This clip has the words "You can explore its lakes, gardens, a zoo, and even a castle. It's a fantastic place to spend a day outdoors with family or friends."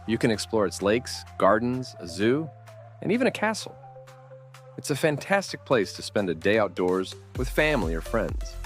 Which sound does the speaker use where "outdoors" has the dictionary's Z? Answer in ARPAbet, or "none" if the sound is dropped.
Z